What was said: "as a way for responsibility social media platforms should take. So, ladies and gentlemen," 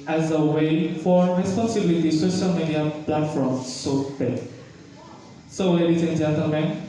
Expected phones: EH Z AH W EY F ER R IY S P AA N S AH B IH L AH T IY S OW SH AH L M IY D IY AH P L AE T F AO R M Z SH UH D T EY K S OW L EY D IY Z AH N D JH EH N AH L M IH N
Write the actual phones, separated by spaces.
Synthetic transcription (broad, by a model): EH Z AH W EY F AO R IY S P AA N S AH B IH L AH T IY S OW SH AH L M IY D IY AH P L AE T F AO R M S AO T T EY S OW W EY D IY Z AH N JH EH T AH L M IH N